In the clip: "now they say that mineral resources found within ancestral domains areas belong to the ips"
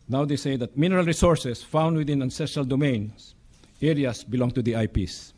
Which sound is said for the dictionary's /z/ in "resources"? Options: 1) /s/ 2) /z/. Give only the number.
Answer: 1